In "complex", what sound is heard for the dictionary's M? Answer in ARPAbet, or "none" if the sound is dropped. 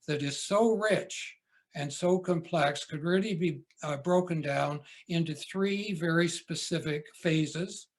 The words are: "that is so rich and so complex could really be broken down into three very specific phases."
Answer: M